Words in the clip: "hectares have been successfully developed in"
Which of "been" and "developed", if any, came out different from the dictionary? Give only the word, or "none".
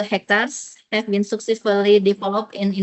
developed